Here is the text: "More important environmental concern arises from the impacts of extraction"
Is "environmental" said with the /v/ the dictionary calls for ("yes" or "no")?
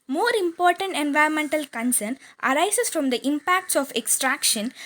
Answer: yes